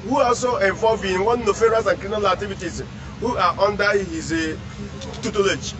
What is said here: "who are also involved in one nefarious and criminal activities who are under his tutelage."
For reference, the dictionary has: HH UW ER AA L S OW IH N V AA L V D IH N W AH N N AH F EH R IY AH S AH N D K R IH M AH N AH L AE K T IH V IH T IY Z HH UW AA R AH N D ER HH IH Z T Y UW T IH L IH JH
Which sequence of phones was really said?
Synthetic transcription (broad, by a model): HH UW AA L S OW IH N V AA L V IH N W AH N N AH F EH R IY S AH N K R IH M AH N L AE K T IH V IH T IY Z HH UW AA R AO N D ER HH IH Z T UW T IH L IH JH